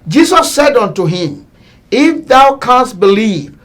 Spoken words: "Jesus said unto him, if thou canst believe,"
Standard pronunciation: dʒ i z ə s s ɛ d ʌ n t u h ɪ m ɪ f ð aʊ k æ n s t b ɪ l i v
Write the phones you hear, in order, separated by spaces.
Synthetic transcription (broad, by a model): dʒ i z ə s s ɛ d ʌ n t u h ɪ m ɪ f ð aʊ k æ n s t b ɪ l i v